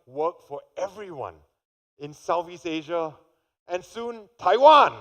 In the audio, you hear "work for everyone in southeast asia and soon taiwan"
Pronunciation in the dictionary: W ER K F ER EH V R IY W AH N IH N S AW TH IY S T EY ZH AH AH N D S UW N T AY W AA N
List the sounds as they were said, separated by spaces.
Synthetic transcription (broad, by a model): W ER K F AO EH V R IY W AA N IH N S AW F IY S EY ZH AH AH N S UW N T AY W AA N